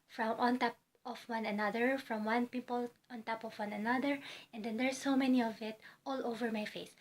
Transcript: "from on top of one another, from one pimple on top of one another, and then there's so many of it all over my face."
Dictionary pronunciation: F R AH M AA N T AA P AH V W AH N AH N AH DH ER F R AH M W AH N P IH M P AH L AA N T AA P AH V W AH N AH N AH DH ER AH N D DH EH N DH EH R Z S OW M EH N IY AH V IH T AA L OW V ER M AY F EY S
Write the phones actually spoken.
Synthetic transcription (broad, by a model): F R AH M AA N T AA P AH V W AH N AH N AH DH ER F R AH M W AH N P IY P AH L AA N T AA P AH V W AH N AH N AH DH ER AH N D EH N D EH R S OW M EH N IY AH V IH T AA L OW V ER M AY F EY S